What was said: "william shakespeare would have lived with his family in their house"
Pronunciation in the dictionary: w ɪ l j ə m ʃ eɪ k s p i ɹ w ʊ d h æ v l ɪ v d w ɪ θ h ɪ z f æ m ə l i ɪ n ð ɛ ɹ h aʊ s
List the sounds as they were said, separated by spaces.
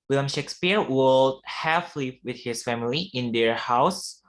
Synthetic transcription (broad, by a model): w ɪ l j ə m ʃ eɪ k s p i ɹ w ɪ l h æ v l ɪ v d w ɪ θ h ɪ s f æ m ə l i ɪ n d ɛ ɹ h aʊ s